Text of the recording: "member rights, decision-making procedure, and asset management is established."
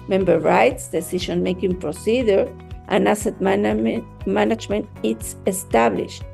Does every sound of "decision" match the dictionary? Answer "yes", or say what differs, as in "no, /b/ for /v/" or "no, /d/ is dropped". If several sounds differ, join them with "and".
no, /ʃ/ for /ʒ/